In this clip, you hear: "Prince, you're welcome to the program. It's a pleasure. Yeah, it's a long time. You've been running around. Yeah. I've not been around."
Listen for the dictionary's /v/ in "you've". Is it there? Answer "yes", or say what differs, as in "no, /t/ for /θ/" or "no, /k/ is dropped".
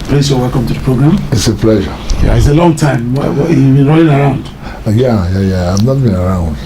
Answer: no, /w/ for /v/